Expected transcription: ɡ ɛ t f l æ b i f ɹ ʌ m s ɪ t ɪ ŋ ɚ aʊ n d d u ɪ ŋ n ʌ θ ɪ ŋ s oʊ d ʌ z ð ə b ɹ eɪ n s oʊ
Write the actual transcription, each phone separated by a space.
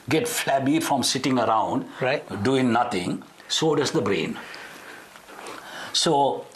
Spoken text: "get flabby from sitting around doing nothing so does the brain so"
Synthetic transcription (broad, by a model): ɡ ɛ t f l æ b i f ɹ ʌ m s ɪ t ɪ ŋ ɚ aʊ n d d u ɪ ŋ n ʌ t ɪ ŋ s oʊ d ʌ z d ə b ɹ eɪ n s oʊ